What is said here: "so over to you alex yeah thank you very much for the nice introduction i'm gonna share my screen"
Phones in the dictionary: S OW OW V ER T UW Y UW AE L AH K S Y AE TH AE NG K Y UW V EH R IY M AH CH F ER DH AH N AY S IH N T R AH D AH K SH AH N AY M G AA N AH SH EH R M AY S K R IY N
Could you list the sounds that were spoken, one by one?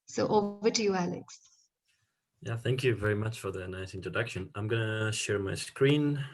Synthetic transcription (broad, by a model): S OW OW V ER T UW Y UW AE L AH K S Y AE TH AE NG K Y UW V EH R IY M AH CH F ER DH AH N AY S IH N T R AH D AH K SH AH N AY M G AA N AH SH EH R M AY S K R IY N